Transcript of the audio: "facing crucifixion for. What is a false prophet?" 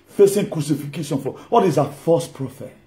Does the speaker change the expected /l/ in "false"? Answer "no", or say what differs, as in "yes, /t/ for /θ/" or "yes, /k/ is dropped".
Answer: yes, /l/ is dropped